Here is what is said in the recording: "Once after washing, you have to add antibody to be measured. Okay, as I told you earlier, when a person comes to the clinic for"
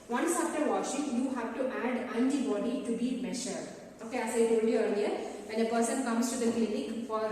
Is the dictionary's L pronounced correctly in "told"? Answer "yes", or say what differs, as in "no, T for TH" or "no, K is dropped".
no, L is dropped